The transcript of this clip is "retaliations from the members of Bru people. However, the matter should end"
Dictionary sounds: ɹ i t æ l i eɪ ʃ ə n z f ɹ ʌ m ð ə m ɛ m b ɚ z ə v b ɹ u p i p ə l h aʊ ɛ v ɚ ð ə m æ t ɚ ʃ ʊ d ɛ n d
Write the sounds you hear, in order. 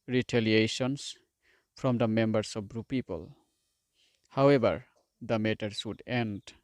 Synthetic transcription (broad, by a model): ɹ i t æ l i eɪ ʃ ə n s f ɹ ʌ m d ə m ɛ m b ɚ s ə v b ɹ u p i p ə l h aʊ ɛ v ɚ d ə m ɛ t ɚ s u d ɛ n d